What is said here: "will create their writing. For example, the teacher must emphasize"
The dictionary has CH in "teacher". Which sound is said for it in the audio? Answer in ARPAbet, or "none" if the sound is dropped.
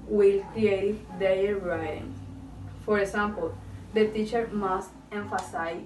CH